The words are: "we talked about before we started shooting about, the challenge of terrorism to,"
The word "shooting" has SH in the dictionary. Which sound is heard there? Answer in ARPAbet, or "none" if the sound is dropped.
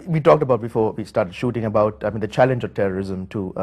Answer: SH